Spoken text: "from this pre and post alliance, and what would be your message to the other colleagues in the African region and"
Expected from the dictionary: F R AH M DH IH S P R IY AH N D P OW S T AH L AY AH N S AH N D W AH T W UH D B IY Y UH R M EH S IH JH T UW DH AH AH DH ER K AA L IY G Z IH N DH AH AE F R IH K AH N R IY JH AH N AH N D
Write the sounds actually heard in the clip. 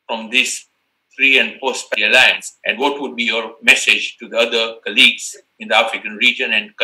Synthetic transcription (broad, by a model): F R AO M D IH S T R IY AH N D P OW S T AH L AY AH N S AH N D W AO T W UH D B IY Y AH R M EH S IH JH T UW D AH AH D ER K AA L IY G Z IH N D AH AE F R IH K AH N R IY JH AH N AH N D